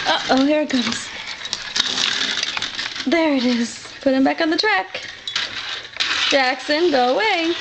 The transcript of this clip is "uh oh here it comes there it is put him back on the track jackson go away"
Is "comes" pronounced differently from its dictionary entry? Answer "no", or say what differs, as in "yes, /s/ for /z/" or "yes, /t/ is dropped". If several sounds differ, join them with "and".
yes, /m/ is dropped